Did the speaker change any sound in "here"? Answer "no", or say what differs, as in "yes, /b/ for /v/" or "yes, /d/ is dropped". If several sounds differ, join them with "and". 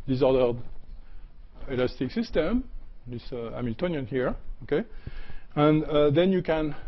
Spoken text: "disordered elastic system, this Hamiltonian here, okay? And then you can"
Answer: no